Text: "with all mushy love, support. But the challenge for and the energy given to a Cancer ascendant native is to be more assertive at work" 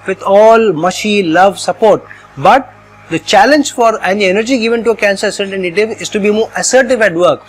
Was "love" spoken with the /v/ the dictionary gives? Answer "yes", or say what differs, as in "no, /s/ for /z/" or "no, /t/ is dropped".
yes